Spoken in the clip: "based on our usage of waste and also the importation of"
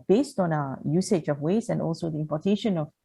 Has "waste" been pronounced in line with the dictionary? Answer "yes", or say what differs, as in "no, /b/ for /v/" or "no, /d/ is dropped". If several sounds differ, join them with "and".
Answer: no, /t/ is dropped